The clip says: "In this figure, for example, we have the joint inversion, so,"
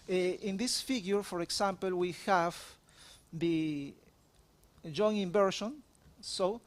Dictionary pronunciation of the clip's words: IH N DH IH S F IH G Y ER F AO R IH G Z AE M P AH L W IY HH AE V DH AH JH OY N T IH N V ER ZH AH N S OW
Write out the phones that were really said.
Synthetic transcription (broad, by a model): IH N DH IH S F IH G Y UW F AO R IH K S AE M P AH L W IY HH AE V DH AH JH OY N IH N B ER SH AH N S OW